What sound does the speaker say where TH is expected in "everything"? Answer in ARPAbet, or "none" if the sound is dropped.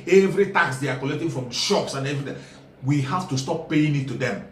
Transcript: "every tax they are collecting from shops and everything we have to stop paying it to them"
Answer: T